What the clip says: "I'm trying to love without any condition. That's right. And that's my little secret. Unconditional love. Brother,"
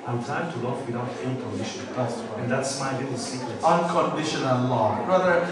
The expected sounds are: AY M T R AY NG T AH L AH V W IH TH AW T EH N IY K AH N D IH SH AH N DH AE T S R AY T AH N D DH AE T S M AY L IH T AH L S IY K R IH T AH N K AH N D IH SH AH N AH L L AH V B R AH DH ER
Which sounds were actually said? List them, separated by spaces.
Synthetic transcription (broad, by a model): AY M T AY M T AH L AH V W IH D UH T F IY K AH N D IH SH AH N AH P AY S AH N DH AE T S M AY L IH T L S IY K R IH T AH N K AH N D IH SH AH N AH L L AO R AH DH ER